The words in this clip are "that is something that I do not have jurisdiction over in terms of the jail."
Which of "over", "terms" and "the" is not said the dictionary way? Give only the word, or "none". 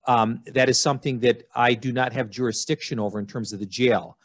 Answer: none